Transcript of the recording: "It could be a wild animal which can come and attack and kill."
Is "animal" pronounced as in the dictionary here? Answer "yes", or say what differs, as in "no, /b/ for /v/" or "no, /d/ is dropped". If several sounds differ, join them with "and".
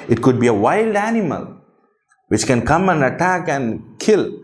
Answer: yes